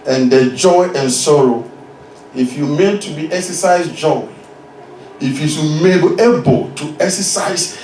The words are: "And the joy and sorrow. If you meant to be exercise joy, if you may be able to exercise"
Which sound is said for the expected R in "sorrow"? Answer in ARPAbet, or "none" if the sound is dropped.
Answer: R